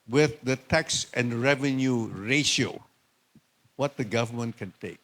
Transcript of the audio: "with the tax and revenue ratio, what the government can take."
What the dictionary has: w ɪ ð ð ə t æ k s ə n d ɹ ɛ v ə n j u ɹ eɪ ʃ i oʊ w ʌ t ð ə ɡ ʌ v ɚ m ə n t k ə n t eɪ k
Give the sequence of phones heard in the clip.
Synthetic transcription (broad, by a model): w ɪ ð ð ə t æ k s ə n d ɹ ɛ v ə n j u ɹ eɪ ʃ i oʊ w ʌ t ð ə ɡ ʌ v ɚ m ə n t k ə n t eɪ k